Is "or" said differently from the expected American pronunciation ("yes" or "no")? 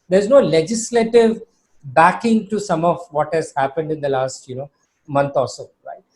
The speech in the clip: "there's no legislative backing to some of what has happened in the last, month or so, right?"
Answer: yes